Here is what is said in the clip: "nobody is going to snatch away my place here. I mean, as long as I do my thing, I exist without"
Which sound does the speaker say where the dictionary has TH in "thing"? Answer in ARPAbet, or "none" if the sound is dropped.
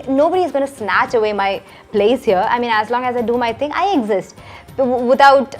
T